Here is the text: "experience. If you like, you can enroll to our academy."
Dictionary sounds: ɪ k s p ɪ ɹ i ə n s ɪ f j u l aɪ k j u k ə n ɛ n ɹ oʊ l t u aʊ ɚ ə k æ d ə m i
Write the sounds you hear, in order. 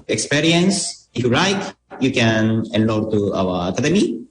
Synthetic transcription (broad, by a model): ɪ k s p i ɹ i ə n s ɪ f j u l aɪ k j u k ə n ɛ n l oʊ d t u aʊ ɚ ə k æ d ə m i